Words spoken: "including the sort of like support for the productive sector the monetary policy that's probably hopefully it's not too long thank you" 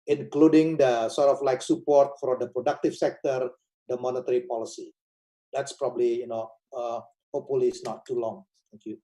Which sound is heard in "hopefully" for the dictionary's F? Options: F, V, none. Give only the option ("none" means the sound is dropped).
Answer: none